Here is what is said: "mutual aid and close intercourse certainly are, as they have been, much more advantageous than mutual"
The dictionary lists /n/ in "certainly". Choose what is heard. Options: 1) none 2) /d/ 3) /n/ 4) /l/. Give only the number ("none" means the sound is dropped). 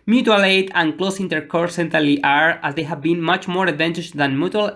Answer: 1